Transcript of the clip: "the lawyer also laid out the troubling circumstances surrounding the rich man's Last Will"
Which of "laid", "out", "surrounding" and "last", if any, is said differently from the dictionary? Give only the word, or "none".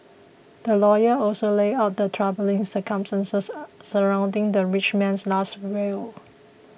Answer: laid